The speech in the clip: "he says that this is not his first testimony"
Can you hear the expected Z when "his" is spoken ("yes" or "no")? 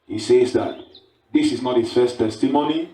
no